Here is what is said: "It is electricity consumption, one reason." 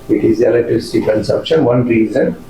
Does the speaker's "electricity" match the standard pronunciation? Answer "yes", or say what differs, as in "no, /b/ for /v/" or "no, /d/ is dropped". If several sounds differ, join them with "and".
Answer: no, /k/ is dropped and /ɹ/ is dropped